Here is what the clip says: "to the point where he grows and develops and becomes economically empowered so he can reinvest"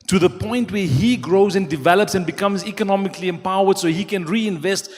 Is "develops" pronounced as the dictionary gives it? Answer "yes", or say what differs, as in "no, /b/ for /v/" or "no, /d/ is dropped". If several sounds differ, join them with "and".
yes